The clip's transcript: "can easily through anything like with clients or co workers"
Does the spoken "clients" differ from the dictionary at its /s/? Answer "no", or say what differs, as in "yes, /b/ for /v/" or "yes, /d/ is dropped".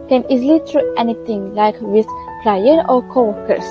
yes, /s/ is dropped